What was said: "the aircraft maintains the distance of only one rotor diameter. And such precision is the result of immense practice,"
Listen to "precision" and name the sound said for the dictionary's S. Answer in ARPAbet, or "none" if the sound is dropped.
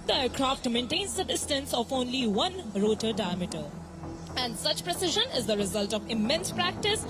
S